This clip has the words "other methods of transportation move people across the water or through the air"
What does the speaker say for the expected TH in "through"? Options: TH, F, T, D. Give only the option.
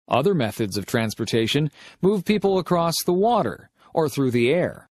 TH